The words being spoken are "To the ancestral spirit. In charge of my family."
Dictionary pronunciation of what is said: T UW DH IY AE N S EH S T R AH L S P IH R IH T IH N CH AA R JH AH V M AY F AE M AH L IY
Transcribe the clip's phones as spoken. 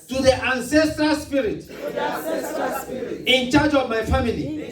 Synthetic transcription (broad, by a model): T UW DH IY AE N S EH S T R AH L S P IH R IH T IH N CH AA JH AH V M AY F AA M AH L IY